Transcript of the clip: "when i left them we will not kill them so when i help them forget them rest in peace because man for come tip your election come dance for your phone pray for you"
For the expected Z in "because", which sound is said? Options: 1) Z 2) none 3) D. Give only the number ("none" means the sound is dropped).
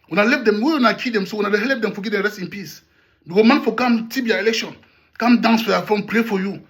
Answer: 2